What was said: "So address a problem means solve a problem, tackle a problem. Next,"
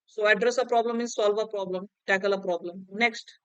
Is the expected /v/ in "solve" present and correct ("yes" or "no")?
yes